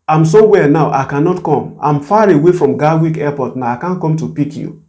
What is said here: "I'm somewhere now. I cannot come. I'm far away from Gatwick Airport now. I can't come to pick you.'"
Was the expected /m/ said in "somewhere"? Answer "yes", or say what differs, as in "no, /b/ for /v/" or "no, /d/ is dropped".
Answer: no, /m/ is dropped